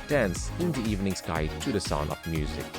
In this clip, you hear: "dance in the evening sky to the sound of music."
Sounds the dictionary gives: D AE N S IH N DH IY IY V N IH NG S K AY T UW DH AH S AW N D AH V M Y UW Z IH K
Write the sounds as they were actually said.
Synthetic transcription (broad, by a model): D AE N S IH N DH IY IY V N IH NG S K AY T UW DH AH S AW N AH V M Y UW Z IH K